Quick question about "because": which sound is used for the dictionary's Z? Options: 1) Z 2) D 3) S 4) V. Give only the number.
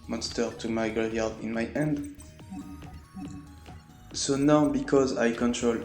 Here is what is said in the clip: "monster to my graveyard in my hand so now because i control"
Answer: 1